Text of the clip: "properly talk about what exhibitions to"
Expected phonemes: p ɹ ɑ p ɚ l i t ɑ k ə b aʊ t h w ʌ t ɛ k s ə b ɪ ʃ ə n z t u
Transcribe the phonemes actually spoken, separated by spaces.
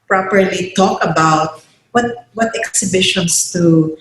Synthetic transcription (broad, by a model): p ɹ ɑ p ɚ l i t ɑ k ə b aʊ t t w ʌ t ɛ k s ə b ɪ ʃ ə n s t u